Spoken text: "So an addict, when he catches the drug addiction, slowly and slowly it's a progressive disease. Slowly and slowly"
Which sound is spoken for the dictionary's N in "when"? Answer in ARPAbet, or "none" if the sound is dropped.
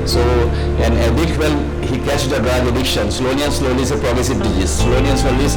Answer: L